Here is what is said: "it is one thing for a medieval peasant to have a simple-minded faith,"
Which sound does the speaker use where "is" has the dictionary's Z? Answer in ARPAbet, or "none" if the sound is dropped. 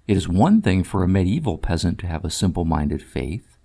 Z